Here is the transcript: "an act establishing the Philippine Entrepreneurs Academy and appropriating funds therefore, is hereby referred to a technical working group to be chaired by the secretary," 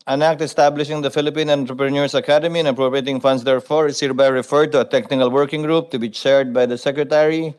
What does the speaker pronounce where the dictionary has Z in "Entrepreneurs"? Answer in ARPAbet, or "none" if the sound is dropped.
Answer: S